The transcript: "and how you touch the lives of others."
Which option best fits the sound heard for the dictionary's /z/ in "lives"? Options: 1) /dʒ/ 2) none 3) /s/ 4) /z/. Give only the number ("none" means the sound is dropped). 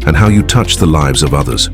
4